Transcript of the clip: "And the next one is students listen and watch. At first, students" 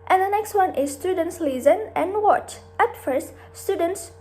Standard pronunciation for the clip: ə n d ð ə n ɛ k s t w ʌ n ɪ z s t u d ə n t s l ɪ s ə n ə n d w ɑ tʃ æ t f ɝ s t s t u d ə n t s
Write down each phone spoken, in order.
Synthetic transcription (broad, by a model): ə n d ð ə n ɛ k s t w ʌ n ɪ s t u d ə n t s l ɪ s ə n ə n w ɑ tʃ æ t f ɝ s t s t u d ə n t s